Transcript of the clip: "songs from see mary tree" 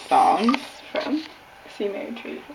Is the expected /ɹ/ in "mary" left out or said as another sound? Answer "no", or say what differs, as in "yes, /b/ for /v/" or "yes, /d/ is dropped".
yes, /ɹ/ is dropped